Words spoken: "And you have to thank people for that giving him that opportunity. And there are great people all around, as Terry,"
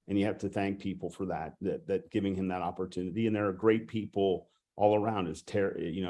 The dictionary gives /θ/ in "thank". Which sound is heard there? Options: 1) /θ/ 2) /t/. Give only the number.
1